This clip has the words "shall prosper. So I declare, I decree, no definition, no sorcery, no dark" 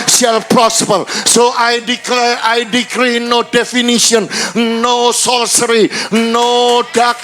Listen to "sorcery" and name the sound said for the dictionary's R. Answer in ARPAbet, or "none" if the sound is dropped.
L